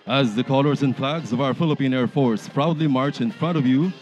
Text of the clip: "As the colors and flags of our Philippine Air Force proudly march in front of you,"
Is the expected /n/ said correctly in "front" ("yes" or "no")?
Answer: yes